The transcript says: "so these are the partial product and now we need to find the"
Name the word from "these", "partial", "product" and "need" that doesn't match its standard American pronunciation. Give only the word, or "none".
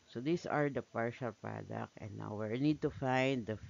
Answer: these